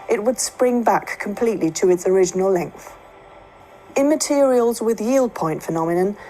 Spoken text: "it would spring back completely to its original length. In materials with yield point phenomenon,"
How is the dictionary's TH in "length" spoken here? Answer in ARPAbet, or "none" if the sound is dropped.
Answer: TH